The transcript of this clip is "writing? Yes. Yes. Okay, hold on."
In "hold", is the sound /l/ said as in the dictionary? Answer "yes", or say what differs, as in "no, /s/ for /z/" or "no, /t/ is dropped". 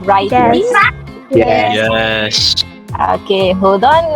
no, /l/ is dropped